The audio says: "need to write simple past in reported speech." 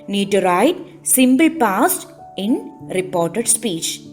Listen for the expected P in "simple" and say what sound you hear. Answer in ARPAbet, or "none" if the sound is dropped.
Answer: B